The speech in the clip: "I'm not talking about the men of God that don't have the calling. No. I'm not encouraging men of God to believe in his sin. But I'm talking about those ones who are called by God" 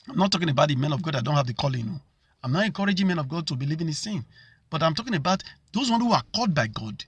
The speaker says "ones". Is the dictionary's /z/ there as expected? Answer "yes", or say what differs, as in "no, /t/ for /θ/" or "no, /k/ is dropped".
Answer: no, /z/ is dropped